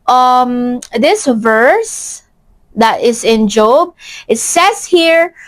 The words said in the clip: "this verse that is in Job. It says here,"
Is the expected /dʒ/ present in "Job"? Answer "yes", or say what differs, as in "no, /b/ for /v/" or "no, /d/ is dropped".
yes